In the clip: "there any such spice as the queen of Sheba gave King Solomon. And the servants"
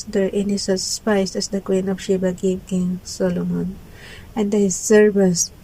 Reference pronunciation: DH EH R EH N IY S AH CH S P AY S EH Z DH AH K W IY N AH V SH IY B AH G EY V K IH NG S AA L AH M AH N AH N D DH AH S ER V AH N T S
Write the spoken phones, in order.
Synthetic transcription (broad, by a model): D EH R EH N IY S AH S S P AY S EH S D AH K W IY N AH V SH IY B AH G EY P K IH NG S AA L AH M AH N AH N D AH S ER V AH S